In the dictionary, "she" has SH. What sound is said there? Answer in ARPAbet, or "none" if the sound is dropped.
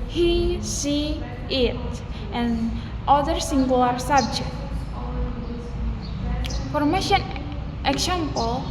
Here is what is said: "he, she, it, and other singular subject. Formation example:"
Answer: S